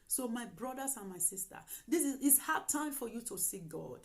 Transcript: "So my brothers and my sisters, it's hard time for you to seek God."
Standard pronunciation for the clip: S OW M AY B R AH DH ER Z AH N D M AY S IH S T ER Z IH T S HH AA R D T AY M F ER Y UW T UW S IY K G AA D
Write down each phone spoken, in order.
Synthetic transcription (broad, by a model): S OW M AY B R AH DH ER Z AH N M AY S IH S T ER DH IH S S HH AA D T AY M F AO Y UW T UW S IY K G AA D